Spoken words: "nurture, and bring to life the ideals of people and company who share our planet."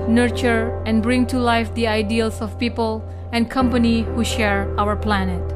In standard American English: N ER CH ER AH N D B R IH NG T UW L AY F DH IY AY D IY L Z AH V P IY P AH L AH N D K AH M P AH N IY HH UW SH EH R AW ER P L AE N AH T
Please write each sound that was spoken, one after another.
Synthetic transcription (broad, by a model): N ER CH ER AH N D B R IH NG T UW L AY F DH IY AY D IY L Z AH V P IY P AH L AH N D K AH M P AH N IY HH UW SH EH R AW ER P L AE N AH T